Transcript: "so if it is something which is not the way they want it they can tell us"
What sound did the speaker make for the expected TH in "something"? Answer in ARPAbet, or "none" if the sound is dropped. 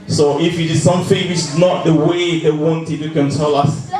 F